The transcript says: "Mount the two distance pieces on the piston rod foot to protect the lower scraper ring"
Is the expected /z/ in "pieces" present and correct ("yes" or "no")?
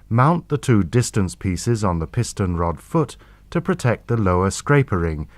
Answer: yes